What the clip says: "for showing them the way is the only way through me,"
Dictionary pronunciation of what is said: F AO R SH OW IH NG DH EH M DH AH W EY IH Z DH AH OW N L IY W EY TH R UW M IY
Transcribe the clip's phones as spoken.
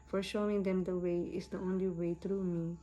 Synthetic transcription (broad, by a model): F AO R SH OW IH NG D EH M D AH W EY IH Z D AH OW N L IY W EY T R UW M IY